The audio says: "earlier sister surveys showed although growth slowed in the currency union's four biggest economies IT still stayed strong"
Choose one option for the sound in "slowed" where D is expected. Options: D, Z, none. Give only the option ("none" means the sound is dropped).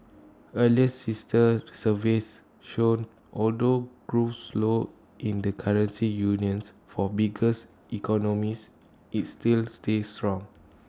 none